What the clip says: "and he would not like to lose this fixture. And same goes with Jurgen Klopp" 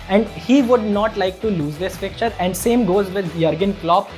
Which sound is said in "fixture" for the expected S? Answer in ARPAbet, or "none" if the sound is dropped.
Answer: none